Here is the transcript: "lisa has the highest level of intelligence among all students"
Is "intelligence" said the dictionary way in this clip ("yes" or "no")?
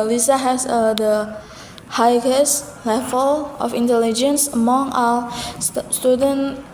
yes